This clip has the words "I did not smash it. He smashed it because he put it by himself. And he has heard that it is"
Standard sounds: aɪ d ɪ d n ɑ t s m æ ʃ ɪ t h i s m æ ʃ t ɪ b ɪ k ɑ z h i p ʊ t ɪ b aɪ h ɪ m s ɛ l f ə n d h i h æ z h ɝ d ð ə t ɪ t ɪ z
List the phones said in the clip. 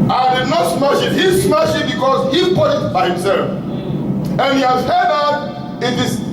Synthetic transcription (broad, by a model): aɪ d ɪ d n ɑ t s m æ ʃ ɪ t h i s m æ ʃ ɪ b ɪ k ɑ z h i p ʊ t ɪ b aɪ h ɪ m s ɛ l f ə n h i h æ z h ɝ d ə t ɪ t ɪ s